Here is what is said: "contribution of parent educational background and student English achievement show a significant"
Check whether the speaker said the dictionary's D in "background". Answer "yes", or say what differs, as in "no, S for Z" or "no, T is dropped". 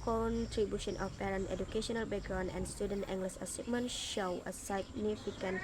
no, D is dropped